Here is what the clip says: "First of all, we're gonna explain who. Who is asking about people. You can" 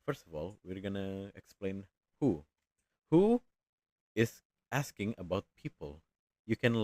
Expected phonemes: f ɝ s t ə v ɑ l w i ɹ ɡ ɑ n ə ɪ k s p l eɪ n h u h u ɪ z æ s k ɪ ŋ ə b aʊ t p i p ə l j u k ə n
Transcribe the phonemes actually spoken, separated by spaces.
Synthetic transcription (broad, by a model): f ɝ s t ə v ɑ l w i ɹ ɡ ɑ n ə ɪ k s p l eɪ n h u h u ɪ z æ s k ɪ ŋ ə b aʊ t p i p ə l j u k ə n